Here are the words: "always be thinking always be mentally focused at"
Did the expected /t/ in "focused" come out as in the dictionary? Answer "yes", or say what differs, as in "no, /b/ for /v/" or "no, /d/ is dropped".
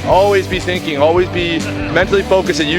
no, /t/ is dropped